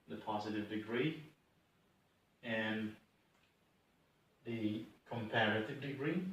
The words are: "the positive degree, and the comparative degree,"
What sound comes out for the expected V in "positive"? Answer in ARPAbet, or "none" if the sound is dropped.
V